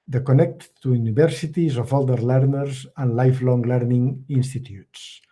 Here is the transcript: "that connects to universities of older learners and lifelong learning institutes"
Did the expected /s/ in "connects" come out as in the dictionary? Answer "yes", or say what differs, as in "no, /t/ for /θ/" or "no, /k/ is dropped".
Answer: no, /s/ is dropped